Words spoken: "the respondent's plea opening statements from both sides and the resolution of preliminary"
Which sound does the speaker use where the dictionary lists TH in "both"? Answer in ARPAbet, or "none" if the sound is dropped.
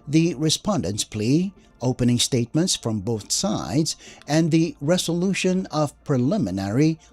TH